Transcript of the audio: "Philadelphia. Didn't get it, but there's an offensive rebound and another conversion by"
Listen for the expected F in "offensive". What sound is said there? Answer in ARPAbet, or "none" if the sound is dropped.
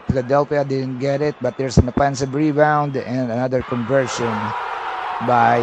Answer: P